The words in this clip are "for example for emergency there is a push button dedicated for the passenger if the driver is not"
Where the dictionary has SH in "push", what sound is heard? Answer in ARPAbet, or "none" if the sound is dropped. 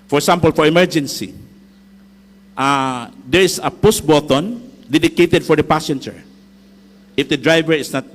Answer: S